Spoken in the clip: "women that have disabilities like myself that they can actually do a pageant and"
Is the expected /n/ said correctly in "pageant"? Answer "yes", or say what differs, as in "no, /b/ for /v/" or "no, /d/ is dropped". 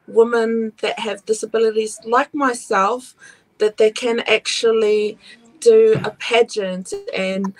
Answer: yes